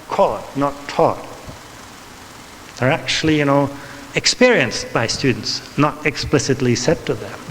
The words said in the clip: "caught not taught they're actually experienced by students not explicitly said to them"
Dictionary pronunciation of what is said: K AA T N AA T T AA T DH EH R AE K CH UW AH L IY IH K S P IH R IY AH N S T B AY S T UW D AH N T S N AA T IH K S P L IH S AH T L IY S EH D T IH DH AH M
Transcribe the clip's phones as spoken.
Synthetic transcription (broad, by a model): K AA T N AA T T AA T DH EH R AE K CH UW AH N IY IH K S P IH R IY AH N S T B AY S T UW D N T S N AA T IH K S P L IH S AH T L IY S EH D T IH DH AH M